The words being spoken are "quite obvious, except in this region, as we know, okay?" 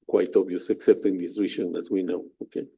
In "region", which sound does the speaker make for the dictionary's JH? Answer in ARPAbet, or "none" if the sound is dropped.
SH